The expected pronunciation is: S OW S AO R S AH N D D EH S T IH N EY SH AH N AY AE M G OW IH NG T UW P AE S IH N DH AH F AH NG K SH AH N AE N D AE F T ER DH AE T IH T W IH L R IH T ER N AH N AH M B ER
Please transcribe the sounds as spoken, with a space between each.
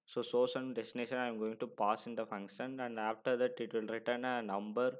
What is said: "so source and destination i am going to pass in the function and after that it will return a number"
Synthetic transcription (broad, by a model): S OW S AO S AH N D D EH S T IH N EY SH AH N AY M G OW IH NG T UW P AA S IH N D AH F AH NG K SH AH N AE N D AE F T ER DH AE T IH T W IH L R IH T ER N AH N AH M B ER